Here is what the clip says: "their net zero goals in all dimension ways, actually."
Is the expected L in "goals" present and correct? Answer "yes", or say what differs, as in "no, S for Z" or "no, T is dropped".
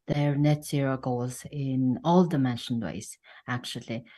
no, L is dropped